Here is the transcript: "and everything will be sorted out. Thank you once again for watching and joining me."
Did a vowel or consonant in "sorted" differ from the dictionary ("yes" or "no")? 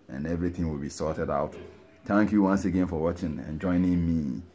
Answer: no